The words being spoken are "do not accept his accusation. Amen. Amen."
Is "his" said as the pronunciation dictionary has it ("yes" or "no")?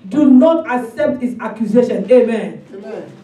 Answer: no